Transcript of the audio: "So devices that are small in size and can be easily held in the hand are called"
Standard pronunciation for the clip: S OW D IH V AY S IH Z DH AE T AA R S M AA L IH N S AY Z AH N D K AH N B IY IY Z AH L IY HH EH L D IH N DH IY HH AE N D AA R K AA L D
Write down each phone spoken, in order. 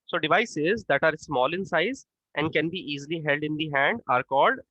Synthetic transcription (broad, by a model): S OW D IH V AY S IH Z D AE T AA R S M AA L IH N S AY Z AH N D K AH N B IY IY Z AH L IY HH EH L D IH N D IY HH AE N D AA R K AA L D